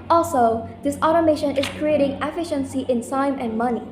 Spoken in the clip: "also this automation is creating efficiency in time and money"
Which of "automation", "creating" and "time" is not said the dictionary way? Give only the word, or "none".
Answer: time